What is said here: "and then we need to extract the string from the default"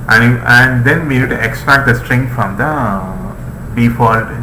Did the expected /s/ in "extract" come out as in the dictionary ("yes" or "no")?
yes